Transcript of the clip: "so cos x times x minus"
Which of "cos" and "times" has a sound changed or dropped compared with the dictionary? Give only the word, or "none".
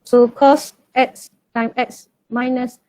times